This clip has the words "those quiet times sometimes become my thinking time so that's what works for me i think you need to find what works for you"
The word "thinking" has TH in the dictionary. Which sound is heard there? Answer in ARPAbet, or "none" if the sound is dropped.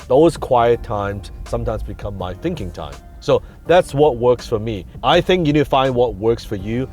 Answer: TH